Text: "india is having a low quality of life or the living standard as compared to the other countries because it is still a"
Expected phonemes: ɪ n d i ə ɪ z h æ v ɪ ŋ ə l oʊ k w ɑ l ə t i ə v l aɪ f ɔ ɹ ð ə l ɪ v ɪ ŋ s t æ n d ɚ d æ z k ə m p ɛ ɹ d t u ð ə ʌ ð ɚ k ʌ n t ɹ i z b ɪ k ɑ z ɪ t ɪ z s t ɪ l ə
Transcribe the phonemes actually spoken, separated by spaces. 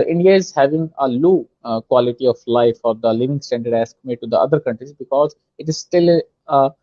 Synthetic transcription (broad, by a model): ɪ n d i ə ɪ z h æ v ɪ ŋ ə l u k w ɑ l ə t i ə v l aɪ f ɔ ɹ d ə l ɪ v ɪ ŋ s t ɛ n d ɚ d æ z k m ɛ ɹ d t u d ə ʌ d ɚ k ʌ n t ɹ i z b ɪ k ɑ z ɪ t ɪ z s t ɪ l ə